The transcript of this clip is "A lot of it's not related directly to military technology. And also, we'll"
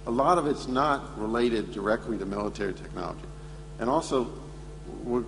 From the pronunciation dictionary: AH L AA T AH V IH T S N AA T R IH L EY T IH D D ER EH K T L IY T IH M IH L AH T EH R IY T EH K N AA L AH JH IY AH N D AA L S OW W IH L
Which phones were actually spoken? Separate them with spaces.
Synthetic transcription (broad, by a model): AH L AA T AH V IH T S N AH T R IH L EY T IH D D ER EH K T L IY T IH M IH L AH T EH R IY T EH K N AA L AH JH IY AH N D AA L S OW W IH